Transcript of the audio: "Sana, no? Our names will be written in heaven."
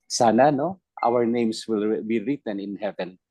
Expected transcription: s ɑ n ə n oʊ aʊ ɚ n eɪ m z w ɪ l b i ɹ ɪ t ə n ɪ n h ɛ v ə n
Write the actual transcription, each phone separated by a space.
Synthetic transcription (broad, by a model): s ɑ n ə n oʊ aʊ ɚ n eɪ m s w ɪ l b i ɹ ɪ t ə n ɪ n h ɛ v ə n